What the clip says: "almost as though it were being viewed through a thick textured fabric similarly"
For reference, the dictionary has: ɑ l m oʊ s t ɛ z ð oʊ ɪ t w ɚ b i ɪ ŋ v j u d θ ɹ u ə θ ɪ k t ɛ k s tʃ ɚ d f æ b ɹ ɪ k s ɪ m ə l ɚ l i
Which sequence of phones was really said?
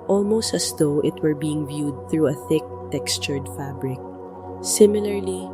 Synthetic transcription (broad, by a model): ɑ l m oʊ s t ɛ s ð oʊ ɪ t w ɚ b i ɪ ŋ v j u d θ ɹ u ə θ ɪ k t ɛ k s tʃ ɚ d f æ b ɹ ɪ k s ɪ m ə l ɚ l i